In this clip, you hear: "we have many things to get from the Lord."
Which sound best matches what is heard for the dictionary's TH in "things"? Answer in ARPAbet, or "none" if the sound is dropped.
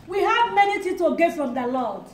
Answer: T